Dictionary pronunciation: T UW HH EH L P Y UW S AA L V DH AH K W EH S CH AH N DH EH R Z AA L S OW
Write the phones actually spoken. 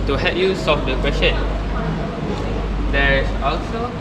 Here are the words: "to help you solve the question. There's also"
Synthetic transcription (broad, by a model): T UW HH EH P Y UW S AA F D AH K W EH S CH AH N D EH R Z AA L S OW